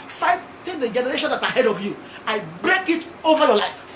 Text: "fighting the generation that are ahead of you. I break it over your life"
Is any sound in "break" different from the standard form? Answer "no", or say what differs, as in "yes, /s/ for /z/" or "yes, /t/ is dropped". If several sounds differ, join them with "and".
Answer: no